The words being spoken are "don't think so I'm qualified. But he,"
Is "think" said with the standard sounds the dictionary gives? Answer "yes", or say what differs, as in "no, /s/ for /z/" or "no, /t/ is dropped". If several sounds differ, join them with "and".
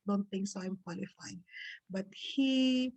no, /t/ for /θ/